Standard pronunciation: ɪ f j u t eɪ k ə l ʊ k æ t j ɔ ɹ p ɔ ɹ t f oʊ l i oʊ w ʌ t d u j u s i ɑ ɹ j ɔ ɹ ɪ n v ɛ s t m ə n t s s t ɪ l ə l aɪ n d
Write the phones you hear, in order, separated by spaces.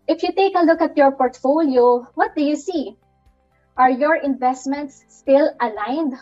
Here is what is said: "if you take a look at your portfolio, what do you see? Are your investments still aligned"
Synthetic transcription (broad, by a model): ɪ f j u t eɪ k ə l ʊ k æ t j ɔ ɹ p ɔ ɹ t f oʊ l i oʊ w ʌ t d u j u s i ɑ ɹ j ɔ ɹ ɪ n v ɛ s t m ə n t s s t ɪ l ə l aɪ n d